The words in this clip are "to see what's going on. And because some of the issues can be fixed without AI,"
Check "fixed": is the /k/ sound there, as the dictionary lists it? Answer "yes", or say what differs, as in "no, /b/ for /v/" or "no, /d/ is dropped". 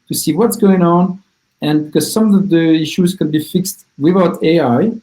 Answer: yes